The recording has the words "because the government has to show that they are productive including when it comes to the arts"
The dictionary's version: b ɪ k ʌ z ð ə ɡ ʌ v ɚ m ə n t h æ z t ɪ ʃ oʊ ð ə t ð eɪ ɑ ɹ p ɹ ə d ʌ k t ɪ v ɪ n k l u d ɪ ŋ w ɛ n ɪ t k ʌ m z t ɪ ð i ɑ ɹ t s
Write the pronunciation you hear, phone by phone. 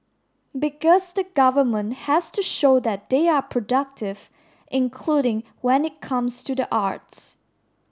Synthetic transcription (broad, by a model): b ɪ k ʌ z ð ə ɡ ʌ v ɚ m ə n t h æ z t ɪ ʃ oʊ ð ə t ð eɪ ɑ ɹ p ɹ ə d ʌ k t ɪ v ɪ n k l u d ɪ ŋ w ɛ n ɪ t k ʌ m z t ɪ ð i ɑ ɹ t s